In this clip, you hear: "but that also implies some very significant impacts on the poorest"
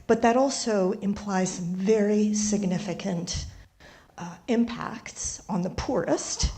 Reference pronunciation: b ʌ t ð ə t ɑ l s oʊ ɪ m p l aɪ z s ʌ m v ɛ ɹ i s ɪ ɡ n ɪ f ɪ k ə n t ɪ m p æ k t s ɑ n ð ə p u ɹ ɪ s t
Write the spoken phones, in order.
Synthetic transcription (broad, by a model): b ʌ t ð ə t ɑ l s oʊ ɪ m p l aɪ z s ʌ m v ɛ ɹ i s ɪ ɡ n ɪ f ɪ k ə n t ɪ m p æ k t s n ð ə p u ɹ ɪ s t